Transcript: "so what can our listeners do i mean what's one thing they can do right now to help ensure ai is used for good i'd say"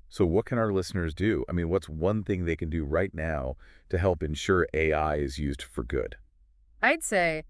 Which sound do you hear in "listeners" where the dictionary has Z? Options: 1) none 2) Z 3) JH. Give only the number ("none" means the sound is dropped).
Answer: 2